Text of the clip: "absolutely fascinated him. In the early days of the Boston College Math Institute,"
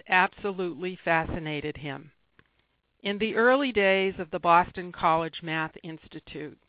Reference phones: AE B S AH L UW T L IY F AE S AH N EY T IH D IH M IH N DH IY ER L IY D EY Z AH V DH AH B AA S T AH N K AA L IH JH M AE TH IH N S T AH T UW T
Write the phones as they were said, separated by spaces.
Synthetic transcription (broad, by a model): AE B S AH L UW T L IY F AE S AH N EY T IH D IH M IH N DH IY ER L IY D EY Z AH V DH AH B AA S T AH N K AA L IH JH M AE TH IH N S T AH T UW T